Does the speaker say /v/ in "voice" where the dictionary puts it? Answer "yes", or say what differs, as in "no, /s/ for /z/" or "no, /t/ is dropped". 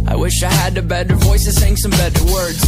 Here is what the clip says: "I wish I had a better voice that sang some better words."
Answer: yes